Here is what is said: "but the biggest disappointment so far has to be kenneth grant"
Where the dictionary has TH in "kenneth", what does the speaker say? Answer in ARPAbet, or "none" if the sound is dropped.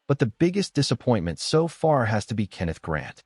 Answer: TH